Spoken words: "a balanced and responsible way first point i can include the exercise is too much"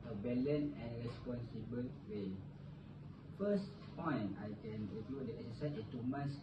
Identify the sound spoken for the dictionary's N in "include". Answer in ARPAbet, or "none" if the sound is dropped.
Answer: none